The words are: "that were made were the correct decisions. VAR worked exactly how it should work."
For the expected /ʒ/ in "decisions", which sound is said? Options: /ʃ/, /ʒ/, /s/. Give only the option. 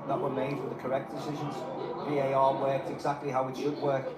/ʒ/